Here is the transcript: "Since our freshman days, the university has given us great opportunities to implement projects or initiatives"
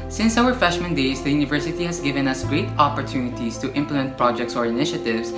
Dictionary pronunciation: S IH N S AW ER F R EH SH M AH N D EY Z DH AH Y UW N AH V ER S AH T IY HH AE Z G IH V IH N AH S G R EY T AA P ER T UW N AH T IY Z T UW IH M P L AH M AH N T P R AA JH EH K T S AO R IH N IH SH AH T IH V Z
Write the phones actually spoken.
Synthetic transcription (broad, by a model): S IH N S AW ER F EH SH M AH N D EY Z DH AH Y UW N AH V ER S AH T IY HH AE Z G IH V IH N AH S G R EY T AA P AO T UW N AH T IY S T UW IH M P L AH M AH N T P R AA JH EH K T S AO R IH N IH SH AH T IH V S